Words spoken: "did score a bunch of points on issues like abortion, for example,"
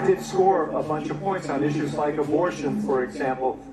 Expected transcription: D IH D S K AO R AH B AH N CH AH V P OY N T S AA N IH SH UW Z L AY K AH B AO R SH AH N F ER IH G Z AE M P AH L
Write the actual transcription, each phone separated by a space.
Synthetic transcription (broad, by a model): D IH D S K AO R AH B AH N CH AH V P OY N T S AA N IH SH UW Z L AY K AH B AO R SH AH N F ER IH G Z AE M P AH L